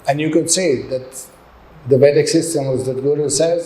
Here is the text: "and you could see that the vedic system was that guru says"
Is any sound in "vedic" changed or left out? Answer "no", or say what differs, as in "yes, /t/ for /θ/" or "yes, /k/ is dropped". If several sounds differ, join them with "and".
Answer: yes, /b/ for /v/